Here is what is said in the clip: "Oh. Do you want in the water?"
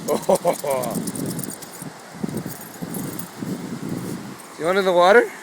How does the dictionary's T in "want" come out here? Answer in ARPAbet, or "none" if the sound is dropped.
none